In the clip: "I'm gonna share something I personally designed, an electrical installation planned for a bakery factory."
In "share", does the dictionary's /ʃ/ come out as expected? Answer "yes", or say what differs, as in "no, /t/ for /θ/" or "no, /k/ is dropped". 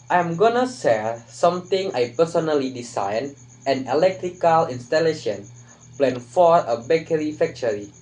no, /s/ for /ʃ/